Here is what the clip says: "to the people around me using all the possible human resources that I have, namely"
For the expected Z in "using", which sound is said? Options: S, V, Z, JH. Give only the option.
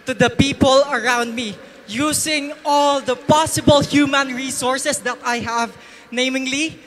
S